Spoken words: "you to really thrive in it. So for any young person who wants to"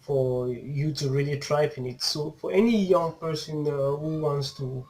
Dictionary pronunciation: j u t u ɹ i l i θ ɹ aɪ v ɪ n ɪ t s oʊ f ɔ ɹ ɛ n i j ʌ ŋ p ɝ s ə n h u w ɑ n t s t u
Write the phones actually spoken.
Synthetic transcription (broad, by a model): j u t u ɹ i l i t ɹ aɪ p ɪ n ɪ t s oʊ f ɔ ɹ ɛ n i j ʌ ŋ p ɝ s ə n h u w ɑ n t s t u